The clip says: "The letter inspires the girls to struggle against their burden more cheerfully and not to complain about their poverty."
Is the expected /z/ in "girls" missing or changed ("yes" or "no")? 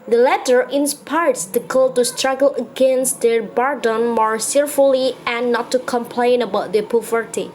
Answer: yes